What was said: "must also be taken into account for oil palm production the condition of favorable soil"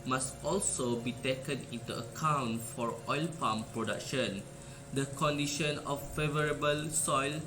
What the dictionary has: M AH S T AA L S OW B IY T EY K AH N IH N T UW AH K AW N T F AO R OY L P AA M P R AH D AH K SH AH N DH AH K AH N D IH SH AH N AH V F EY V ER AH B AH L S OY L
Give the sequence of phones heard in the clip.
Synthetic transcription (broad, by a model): M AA S T AA L S OW B IY T EY K AH N IH N T UW AH K AW N T F AO R OY L P AA M P R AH D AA K SH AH N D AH K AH N D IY SH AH N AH F EY V ER AH B AH L S OY L